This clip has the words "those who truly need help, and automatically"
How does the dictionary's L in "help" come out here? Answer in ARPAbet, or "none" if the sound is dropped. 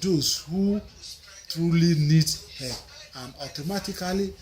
none